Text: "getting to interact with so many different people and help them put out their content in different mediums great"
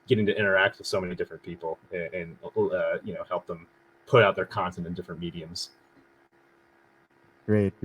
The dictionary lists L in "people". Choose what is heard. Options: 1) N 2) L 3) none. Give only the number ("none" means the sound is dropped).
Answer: 1